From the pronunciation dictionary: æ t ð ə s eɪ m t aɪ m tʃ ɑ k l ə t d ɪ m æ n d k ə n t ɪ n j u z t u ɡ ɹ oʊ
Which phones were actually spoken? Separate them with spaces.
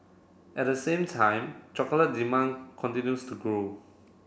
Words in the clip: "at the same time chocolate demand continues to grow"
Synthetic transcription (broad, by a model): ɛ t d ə s eɪ m t aɪ m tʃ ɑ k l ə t d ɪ m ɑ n k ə n t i n j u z t u ɡ ɹ oʊ